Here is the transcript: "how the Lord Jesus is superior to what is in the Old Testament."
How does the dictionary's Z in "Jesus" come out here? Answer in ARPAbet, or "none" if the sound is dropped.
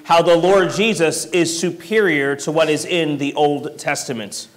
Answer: Z